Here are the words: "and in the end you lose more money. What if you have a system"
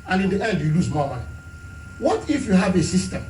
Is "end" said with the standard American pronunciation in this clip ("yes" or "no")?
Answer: no